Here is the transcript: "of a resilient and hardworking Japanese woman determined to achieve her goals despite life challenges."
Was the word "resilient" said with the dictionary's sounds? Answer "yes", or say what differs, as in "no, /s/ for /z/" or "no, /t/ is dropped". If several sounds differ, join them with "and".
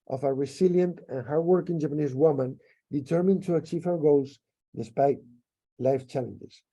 no, /s/ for /z/